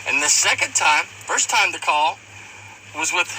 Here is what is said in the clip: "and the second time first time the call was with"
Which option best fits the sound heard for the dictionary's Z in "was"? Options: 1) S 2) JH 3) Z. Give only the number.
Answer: 3